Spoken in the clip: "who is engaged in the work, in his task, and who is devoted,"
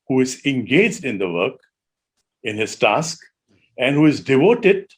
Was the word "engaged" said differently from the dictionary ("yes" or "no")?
no